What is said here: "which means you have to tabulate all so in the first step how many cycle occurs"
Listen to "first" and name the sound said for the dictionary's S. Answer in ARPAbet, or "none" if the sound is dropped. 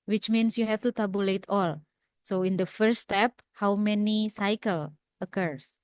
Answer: none